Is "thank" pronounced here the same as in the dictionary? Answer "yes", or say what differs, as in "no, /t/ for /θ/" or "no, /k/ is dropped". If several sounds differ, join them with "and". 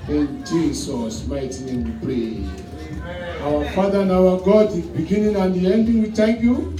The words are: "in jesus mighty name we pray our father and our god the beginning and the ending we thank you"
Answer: no, /t/ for /θ/